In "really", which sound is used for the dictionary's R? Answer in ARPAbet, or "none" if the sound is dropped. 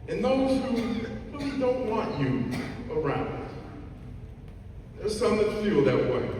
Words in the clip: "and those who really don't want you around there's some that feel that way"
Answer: W